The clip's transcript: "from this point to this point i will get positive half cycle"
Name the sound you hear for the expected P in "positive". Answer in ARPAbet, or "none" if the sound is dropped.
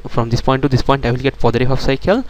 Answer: F